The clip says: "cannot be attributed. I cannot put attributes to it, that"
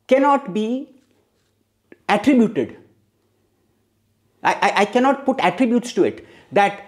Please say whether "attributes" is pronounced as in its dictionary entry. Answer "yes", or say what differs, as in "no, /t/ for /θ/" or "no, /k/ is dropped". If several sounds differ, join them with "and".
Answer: yes